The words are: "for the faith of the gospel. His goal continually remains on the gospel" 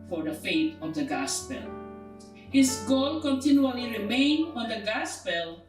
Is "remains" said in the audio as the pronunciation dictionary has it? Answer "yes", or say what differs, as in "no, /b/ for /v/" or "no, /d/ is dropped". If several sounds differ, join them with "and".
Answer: no, /z/ is dropped